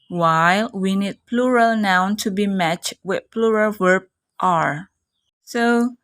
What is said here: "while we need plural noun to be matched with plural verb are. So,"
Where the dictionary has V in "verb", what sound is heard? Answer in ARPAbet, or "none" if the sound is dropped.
W